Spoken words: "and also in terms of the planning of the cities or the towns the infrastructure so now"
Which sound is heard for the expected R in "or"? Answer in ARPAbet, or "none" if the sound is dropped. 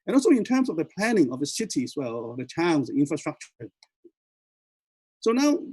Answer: L